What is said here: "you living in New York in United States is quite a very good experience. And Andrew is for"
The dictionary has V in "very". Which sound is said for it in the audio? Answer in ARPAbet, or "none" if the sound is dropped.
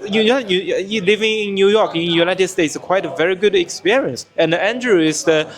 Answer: V